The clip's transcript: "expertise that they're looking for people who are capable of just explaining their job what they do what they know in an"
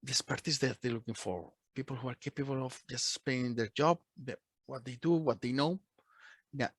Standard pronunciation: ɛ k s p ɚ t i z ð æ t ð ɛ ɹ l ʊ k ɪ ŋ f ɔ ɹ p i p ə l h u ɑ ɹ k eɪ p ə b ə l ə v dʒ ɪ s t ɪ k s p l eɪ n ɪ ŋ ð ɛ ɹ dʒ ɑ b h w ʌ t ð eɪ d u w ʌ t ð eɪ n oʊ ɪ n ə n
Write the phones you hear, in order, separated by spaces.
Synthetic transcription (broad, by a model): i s p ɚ t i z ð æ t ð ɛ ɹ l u k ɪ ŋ f ɔ ɹ p i p ə l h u ɑ ɹ k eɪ p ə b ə l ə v dʒ ɪ s t s p eɪ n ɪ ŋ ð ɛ ɹ dʒ ɑ b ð w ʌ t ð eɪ d u w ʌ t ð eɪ n oʊ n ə